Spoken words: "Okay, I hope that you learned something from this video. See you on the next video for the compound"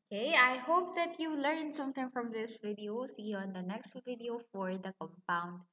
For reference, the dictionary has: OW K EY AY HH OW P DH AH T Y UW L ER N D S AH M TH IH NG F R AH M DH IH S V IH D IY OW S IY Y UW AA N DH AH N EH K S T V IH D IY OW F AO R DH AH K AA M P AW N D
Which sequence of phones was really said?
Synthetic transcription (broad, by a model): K EY AY HH OW P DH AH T Y UW L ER N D S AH M T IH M F R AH M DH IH S V IH D IY OW S IY AA N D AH N EH K S T V IH D IY OW F AO R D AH K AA M P AW N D